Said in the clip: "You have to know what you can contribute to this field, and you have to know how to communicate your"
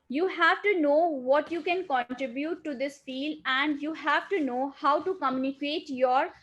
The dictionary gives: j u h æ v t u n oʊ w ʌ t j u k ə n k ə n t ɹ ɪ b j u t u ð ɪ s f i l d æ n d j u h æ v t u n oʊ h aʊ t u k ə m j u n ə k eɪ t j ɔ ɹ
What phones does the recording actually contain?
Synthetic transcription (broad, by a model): j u h æ v t u n oʊ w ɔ t j u k ə n k ə n t ɹ ɪ b j u t u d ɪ s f i l æ n d j u h æ v t u n oʊ h aʊ t u k ə m j u n ə k eɪ t j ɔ ɹ